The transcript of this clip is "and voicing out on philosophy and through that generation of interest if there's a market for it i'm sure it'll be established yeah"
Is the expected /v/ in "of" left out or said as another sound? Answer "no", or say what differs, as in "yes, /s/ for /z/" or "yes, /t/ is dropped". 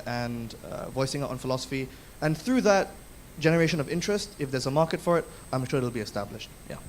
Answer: no